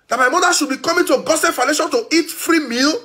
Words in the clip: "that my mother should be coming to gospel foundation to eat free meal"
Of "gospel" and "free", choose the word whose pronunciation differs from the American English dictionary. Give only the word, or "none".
gospel